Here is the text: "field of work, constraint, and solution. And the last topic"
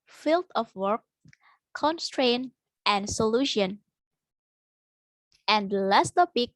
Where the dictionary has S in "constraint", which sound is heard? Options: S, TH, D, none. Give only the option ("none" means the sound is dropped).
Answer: S